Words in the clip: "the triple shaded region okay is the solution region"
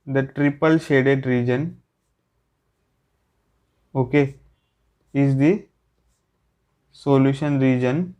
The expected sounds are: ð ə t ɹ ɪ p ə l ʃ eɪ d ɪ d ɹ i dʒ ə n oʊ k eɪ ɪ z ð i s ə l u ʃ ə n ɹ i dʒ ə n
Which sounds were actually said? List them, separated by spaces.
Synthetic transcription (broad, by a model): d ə t ɹ ɪ p ə l ʃ eɪ d ɪ d ɹ i dʒ ə n oʊ k eɪ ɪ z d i s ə l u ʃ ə n ɹ i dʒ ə n